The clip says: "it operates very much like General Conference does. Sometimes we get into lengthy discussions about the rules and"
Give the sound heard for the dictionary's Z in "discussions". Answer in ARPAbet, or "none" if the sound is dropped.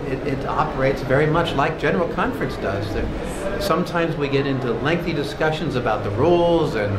Z